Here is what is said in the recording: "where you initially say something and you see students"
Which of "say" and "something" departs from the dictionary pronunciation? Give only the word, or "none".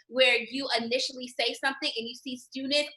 none